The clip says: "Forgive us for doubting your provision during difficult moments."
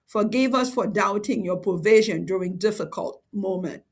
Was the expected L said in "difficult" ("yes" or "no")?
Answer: yes